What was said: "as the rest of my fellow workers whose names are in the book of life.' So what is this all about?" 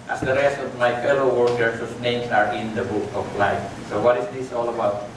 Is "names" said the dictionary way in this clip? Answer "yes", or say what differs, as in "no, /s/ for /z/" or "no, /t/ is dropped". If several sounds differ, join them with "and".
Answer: no, /s/ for /z/